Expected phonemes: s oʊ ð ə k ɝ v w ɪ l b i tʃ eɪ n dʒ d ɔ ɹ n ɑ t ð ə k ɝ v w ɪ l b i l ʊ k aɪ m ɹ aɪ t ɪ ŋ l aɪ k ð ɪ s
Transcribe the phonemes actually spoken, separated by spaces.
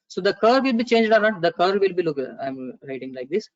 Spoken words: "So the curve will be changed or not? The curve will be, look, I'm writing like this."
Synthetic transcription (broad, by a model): s oʊ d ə k ɝ v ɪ l b i tʃ eɪ n dʒ d ɔ ɹ n ɑ t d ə k ɝ v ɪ l b i l ʊ k aɪ m ɹ aɪ t ɪ ŋ l aɪ k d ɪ s